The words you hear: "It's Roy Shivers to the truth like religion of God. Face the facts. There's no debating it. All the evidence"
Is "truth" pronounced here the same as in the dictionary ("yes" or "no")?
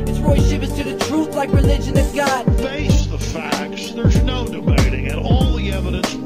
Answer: yes